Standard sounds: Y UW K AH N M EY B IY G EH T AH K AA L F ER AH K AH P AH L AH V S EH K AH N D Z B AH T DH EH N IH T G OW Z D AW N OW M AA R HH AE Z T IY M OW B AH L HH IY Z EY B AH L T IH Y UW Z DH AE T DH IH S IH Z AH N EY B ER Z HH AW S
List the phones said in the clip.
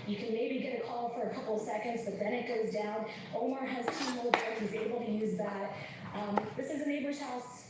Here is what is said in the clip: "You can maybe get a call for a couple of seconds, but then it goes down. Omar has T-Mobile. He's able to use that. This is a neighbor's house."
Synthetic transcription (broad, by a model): Y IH K AH N M EY B IY G EH T AH K AA L F ER AH K AH P L S EH K AH N D Z B AH T DH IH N IH T G OW Z D AW N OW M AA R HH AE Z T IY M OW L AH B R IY Z EY B L T IH Y UW Z DH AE T DH IH S IH Z AH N EY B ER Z HH AW S